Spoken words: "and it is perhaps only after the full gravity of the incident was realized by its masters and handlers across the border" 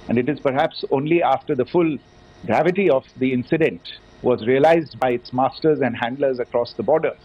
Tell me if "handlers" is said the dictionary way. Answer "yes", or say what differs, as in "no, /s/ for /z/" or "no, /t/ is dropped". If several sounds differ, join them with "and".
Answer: yes